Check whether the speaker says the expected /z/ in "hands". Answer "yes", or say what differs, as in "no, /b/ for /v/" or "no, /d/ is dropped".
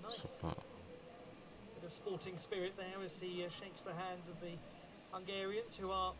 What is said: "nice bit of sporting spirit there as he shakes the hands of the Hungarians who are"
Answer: yes